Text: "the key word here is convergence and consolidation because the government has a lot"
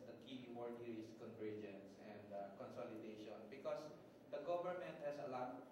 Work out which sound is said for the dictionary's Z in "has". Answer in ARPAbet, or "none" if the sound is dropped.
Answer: S